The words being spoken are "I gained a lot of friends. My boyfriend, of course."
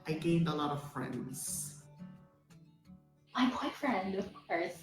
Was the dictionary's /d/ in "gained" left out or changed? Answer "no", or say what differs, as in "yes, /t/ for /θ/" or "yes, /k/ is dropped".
no